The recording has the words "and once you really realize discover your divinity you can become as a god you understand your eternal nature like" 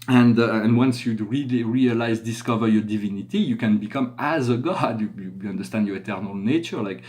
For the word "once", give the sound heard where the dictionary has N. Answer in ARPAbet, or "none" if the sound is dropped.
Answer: N